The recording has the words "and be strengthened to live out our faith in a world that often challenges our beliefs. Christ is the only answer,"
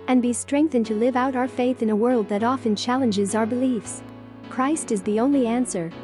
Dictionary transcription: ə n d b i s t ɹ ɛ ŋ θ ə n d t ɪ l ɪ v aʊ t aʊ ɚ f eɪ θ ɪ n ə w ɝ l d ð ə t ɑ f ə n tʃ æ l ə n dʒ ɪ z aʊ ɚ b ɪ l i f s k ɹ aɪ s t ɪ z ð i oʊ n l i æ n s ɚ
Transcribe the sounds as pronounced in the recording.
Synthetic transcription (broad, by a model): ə n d b i s t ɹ ɛ ŋ θ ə n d t ɪ l ɪ v aʊ t aʊ ɚ f eɪ θ ɪ n ə w ɝ l d ð ə t ɑ f ə n tʃ æ l ə n dʒ ɪ z aʊ ɚ b ɪ l i f s k ɹ aɪ s t ɪ z ð i oʊ n l i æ n s ɚ